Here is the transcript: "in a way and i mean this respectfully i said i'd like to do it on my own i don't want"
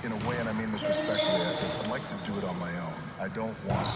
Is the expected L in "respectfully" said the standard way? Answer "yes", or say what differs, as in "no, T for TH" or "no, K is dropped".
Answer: no, L is dropped